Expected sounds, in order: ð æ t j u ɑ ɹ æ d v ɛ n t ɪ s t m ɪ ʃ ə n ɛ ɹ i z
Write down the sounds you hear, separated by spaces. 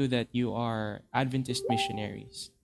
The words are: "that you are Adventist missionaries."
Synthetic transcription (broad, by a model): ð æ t j u ɑ ɹ æ d v ɛ n t ɪ s t m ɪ ʃ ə n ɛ ɹ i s